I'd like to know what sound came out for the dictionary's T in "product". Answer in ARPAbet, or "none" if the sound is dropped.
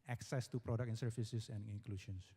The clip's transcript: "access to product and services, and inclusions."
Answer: none